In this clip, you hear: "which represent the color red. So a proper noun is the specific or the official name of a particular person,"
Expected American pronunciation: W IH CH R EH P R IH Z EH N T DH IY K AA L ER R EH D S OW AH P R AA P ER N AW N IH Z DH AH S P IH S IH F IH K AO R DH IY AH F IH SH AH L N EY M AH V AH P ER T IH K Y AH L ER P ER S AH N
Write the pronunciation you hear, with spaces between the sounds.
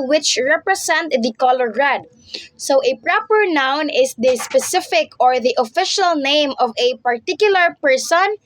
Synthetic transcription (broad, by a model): W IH CH R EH P R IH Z EH N T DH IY K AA L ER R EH D S OW AH P R AA P ER N AW N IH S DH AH S P IH S IH F IH K AO R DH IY AH F IH SH AH L N EY M AH V AH P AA T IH K Y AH L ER P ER S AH N